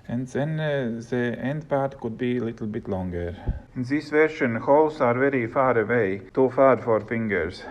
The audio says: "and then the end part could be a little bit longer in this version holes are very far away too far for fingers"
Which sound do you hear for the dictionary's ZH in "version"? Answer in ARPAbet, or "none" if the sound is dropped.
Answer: SH